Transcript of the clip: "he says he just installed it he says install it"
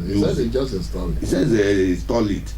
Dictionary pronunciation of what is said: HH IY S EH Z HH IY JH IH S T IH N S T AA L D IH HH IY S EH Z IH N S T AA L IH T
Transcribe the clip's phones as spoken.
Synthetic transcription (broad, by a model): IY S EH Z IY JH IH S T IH S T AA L IH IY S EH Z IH S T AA L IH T